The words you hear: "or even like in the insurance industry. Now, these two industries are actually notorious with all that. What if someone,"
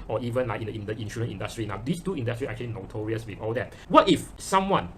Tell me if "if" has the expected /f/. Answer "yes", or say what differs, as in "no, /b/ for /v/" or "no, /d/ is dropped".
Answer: yes